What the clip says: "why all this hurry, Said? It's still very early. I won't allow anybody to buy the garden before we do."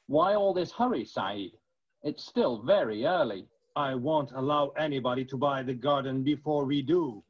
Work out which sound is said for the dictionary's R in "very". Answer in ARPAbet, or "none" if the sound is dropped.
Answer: R